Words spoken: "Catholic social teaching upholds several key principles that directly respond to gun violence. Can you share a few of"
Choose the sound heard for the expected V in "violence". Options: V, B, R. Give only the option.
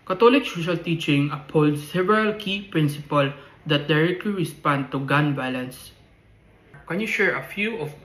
B